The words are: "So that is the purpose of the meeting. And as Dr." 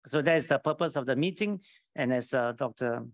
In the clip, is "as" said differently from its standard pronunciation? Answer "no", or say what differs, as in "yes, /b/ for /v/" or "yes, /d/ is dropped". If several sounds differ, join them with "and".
yes, /s/ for /z/